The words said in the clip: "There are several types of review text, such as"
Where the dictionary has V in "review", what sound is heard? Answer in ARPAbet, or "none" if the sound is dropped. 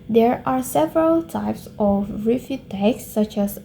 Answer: F